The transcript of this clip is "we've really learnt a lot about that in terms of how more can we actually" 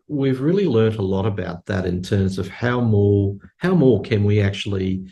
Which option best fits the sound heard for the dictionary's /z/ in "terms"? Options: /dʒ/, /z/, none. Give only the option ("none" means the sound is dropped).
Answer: /z/